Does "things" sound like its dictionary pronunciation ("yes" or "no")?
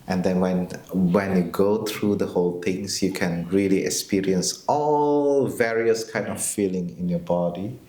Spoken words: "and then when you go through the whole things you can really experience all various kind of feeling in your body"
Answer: no